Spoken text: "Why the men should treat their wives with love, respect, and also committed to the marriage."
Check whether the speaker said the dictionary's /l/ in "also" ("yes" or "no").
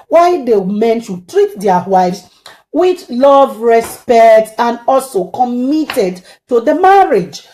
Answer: yes